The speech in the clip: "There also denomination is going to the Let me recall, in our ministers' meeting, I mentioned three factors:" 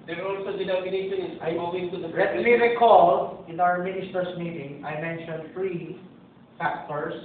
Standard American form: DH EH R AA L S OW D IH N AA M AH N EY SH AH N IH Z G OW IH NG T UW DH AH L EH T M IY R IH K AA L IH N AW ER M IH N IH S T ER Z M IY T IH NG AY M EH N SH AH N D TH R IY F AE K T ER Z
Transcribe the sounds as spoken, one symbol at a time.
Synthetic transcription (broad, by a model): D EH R AA L S OW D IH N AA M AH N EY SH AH N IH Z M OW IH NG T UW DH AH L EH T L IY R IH K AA L IH N AW ER M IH N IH S T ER S M IY T IH NG AY M EH N SH AH N D F R IY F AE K T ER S